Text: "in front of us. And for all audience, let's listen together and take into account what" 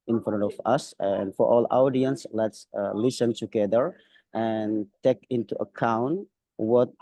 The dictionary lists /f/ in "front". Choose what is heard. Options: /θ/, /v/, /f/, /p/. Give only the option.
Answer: /f/